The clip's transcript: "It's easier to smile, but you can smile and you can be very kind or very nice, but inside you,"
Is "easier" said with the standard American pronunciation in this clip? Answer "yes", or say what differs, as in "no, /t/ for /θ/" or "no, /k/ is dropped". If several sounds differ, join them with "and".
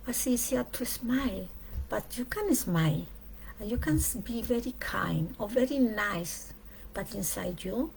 no, /s/ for /z/